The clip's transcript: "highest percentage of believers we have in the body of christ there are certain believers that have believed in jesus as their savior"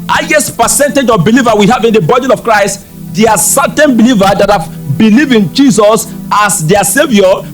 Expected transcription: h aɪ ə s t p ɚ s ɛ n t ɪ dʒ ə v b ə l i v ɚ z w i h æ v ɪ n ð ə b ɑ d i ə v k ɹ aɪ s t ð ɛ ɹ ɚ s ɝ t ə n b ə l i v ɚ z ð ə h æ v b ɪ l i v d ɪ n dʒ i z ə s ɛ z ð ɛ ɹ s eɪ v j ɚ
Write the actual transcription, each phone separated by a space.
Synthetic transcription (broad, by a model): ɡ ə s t p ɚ s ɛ n t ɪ dʒ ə b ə l i v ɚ w i h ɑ v ɪ n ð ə b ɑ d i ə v k ɹ aɪ s t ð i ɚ s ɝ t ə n b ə l i v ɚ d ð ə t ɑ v b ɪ l i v ɪ n dʒ i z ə s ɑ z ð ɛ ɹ s eɪ v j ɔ